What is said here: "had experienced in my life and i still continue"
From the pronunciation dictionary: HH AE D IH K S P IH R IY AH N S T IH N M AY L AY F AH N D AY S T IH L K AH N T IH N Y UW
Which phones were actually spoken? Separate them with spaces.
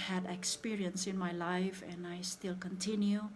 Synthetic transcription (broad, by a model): HH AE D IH K S P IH R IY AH N S IH N M AY L AY F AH N AY S T IH L K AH N T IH N Y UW